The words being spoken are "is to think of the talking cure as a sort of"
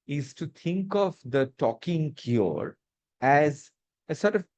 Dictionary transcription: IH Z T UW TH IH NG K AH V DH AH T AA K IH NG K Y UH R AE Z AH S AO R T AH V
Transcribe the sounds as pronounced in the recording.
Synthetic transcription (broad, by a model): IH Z T UW T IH NG K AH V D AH T AA K IH NG K Y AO R AE Z AH S AO R T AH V